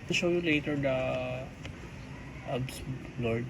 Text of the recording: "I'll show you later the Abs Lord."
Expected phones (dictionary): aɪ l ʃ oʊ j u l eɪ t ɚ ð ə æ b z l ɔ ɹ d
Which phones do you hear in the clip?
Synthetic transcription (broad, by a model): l ʃ oʊ j u l eɪ t ɚ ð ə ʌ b s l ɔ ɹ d